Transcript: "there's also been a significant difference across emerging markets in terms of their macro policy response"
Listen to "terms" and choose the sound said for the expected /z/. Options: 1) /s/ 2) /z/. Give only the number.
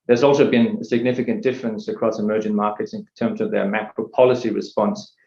2